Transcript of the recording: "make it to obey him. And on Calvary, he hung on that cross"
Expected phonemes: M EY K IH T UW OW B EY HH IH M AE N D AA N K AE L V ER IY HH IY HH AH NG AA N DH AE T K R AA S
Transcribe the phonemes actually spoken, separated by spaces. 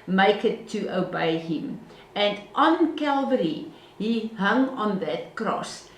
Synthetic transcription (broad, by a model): M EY K IH T UW OW B EY HH IH M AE N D AA N K AE L V ER IY HH IY HH AH NG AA N DH AE T K R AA S